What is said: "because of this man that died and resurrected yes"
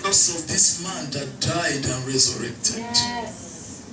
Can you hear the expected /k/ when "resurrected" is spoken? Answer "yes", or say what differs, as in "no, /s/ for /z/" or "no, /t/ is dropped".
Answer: yes